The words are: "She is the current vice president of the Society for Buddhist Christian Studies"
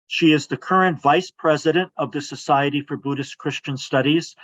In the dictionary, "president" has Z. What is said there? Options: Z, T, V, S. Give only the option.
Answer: Z